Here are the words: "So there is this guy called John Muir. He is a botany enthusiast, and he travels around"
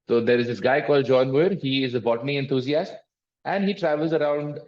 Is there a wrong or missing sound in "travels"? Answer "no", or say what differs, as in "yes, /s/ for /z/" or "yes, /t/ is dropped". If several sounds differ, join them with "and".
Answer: no